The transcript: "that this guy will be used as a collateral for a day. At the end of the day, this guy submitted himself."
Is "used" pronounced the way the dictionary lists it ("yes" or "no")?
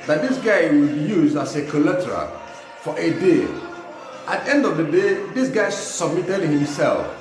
no